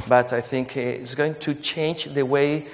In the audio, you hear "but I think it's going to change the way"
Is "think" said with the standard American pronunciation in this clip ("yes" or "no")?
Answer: yes